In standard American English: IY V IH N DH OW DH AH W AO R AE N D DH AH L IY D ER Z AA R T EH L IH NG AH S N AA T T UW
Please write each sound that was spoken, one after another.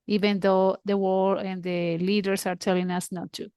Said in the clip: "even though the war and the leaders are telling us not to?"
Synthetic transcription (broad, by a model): IY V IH N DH OW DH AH W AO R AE N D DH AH L IY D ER S AA R T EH L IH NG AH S N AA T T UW